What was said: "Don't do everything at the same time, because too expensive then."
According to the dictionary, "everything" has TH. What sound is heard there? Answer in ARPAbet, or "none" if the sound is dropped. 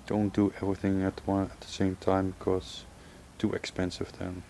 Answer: TH